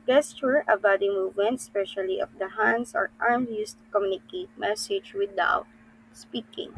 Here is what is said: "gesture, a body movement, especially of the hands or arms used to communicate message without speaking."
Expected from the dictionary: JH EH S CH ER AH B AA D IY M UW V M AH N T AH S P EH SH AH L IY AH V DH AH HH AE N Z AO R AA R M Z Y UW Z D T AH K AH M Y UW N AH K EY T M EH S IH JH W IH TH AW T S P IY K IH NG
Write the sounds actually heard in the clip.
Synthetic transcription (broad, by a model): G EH S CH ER AH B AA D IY M UW V M AH N T S P EH SH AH L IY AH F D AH HH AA N S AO R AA R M Y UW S T AH K AH M Y UW N AH K EY T M EH S IH JH W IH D AW T S P IY K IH NG